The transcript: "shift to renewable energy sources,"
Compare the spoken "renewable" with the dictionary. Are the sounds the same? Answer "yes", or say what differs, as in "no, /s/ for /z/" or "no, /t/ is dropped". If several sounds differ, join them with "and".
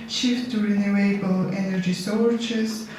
yes